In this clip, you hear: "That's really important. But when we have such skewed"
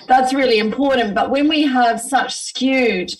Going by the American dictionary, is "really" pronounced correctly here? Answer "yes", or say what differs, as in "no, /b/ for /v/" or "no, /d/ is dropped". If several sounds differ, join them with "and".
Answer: yes